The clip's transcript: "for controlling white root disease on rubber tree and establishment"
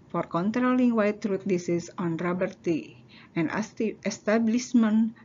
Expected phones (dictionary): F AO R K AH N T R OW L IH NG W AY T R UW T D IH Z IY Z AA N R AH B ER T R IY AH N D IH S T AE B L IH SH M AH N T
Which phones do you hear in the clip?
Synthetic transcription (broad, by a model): F AO R K AH N T R OW L IH NG W AY T R UW T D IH S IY S AA N R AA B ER T IY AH N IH S T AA B L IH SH M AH N